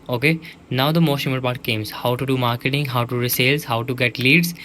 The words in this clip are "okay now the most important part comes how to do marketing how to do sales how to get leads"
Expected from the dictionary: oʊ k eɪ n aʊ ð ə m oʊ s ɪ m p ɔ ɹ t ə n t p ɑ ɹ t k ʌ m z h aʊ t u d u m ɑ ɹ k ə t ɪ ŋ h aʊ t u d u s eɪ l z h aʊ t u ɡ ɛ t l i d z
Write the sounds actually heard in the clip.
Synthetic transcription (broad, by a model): oʊ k eɪ n aʊ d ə m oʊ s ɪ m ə t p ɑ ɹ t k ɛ m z h aʊ t u d u m ɑ ɹ k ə t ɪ ŋ h aʊ t u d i s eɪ l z h aʊ t u ɡ ɛ t l i d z